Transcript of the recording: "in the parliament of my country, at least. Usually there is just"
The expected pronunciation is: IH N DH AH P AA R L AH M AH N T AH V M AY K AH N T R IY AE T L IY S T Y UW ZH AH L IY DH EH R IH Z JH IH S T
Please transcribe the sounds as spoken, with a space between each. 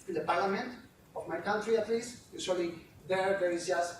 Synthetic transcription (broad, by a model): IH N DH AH P AA R L AH M AH N T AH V M AY K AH N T R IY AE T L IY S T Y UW S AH L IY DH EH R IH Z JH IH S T